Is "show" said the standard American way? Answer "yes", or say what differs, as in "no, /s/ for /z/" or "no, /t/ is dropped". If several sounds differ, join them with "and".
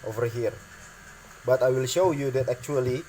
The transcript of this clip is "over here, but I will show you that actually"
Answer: yes